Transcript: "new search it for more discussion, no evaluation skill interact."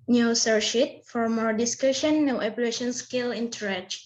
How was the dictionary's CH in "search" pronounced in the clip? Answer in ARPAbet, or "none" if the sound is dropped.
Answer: SH